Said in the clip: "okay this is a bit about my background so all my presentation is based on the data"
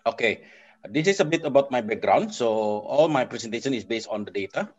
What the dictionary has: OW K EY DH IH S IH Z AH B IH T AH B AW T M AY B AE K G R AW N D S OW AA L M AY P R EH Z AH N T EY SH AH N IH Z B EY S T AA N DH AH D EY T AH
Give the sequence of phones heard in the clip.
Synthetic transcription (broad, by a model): OW K EY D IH S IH S AH B IH T AH B AW T M AY B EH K G R AW N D S OW AA L M AY P R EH S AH N T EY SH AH N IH S B EY S T AA N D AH D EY T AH